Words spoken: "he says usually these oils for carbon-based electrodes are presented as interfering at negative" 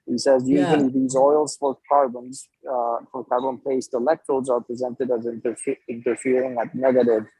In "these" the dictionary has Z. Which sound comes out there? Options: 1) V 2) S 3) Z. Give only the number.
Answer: 3